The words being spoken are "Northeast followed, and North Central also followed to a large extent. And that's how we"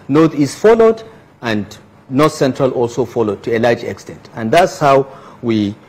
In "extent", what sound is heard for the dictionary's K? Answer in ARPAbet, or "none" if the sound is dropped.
K